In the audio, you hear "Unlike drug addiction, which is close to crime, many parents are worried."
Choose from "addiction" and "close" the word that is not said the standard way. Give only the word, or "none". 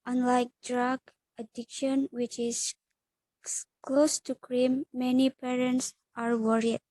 none